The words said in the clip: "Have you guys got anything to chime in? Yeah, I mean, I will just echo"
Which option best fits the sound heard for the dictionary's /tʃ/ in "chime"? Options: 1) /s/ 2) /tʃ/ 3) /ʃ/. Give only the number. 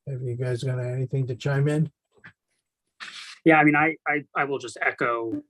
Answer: 2